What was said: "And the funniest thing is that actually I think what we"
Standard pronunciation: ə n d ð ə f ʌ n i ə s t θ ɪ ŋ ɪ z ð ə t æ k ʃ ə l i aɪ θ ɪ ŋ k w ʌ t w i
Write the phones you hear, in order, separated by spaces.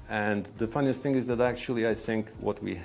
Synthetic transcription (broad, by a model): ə n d ð ə f ʌ n i ə s t θ ɪ ŋ ɪ z ð ə t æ k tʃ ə l i aɪ θ ɪ ŋ k w ʌ t w i